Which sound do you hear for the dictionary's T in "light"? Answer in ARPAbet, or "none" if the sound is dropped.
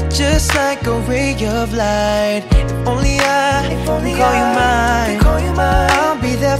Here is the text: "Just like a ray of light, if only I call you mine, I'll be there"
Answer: none